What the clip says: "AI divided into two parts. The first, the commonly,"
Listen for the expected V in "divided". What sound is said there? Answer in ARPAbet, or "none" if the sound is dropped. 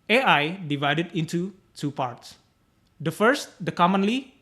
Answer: V